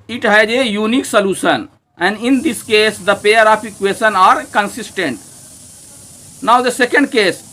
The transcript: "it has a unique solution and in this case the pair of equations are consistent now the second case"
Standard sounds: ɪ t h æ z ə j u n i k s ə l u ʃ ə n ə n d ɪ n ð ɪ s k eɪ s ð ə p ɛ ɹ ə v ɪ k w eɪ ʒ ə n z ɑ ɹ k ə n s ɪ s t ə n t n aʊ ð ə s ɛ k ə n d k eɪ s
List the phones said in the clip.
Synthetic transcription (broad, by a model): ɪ t h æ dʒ ə j u n i k s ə l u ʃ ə n ə n d ɪ n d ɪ s k eɪ s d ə p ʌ ɹ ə p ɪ k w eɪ ʃ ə n ɑ ɹ k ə n s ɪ s t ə n t n aʊ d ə s ɛ k ə n d k eɪ s